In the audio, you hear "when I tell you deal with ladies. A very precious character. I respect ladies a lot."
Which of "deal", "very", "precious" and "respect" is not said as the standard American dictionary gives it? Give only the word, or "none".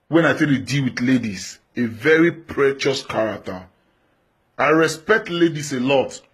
none